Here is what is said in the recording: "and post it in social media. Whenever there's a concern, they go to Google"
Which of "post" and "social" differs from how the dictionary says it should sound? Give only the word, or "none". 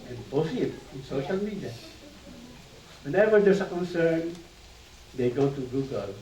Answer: post